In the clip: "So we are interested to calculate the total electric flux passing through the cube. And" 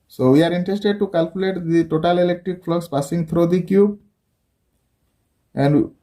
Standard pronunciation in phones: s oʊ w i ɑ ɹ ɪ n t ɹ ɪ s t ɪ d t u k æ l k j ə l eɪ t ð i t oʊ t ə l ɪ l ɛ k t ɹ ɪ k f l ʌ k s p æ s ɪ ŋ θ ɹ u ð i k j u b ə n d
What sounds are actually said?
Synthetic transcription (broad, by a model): s oʊ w i ɑ ɹ ɪ n t ɹ ɪ s t ɪ d t u k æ l k j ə l eɪ t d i t oʊ t ə l ɪ l ɛ k t ɹ ɪ k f l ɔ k s p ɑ s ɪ ŋ t ɹ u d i k j u b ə n d